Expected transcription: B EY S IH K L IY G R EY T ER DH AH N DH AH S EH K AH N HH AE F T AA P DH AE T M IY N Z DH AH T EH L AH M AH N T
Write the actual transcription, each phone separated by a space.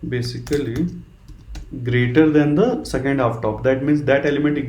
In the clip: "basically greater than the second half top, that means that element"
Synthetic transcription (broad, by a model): B EY S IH K L IY G R EY T ER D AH N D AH S EH K AH N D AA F T AA P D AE T M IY N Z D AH T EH L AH M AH N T